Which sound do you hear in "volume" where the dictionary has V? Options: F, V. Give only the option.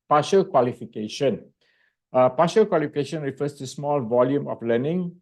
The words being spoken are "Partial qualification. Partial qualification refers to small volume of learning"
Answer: V